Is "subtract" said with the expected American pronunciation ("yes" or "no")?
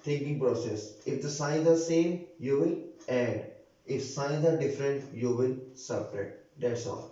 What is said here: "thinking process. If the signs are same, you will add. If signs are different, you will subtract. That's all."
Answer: no